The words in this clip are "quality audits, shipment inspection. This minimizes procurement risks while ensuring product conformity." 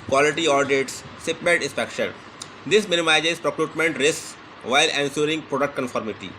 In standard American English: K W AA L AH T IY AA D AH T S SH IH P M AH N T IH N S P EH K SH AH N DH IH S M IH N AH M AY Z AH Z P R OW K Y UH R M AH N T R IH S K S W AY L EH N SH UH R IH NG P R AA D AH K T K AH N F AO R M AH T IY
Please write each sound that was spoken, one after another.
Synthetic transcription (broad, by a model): K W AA L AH T IY AA D AH T S S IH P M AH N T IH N S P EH K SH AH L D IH S M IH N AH M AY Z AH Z P R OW K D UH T M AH N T R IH S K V AY L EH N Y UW R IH NG P R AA D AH K T K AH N F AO R M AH T IY